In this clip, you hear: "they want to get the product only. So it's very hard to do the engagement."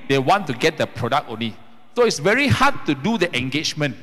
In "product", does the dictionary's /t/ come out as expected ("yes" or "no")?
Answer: no